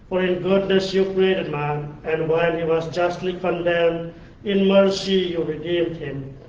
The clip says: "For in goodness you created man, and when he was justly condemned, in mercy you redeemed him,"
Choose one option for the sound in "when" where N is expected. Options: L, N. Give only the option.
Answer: L